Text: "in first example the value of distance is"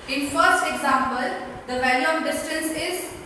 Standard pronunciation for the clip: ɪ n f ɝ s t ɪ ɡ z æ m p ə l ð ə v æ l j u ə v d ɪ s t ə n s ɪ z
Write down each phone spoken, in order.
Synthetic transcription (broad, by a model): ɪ n f ɝ s t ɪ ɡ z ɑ m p ə l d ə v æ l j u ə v d ɪ s t ə n s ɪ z